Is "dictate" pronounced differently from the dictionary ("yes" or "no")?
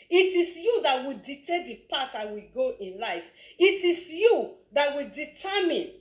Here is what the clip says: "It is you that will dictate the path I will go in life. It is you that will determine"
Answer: yes